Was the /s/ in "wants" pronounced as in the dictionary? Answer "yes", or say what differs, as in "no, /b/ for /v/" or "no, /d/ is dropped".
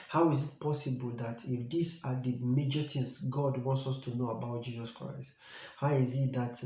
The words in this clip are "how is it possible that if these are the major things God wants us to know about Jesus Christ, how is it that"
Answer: yes